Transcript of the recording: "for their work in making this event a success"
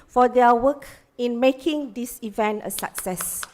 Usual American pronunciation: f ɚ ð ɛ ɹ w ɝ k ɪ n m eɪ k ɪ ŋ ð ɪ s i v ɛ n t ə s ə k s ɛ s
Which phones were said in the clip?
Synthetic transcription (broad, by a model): f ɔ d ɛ w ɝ k ɪ n m eɪ k ɪ ŋ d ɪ s i v ɛ n t ə s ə k s ɛ s